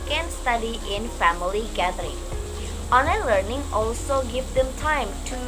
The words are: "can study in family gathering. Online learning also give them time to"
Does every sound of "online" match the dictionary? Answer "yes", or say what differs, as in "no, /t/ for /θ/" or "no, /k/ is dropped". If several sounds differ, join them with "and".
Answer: no, /l/ is dropped